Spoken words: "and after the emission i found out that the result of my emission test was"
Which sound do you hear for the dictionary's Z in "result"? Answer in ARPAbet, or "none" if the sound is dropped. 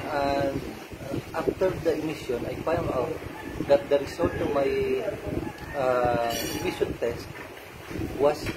S